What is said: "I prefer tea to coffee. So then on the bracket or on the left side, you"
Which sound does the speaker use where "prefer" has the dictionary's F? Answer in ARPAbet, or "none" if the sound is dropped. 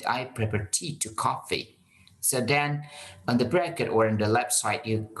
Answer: P